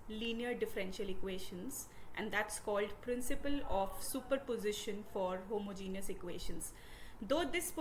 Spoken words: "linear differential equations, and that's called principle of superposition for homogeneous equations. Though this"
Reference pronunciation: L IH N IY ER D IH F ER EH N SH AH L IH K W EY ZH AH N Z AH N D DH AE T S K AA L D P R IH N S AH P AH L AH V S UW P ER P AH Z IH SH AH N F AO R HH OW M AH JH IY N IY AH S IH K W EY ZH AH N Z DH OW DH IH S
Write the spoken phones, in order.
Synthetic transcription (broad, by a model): L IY N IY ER D IH F ER EH N SH AH L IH K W EY SH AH N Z AH N D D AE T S K AA L D P R IH N S AH P AH L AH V S UW P ER P AH Z IH SH AH N F AO R HH OW M AH JH IY N IY AH S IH K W EY SH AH N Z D OW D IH S